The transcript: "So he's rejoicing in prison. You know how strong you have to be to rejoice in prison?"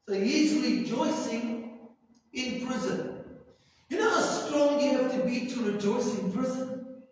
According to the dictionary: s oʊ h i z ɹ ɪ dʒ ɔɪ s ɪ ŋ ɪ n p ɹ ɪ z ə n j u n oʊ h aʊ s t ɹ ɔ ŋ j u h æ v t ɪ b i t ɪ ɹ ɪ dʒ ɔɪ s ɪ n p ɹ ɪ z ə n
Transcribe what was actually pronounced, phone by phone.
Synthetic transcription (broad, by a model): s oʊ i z l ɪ dʒ ɔɪ s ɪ ŋ ɪ n p ɹ ɪ z ə n j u n oʊ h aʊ s t ɹ ɔ ŋ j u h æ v t ɪ b i t ɪ ɹ ɪ dʒ ɔɪ s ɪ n p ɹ ɪ z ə n